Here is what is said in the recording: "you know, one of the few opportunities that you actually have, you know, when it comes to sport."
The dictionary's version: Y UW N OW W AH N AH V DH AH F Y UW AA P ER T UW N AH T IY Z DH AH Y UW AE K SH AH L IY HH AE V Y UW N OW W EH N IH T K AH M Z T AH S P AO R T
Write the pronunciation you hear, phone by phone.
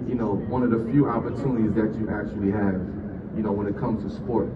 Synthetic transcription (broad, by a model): Y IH N OW W AH N AH V DH AH F Y UW AA P ER T UW N AH T IY Z DH AH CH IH AE K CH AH L IY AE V Y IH N OW W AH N IH T K AH M Z T AH S P AO R T